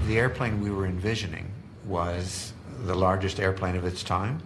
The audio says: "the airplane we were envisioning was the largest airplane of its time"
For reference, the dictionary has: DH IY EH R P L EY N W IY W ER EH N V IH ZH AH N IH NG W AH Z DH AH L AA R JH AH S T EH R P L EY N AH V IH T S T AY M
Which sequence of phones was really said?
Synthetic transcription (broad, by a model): DH IY EH R P L EY N W IY W ER EH N V IH ZH AH N IH NG W AH Z DH AH L AA R JH AH S T EH R P L EY N AH V IH T S T AY M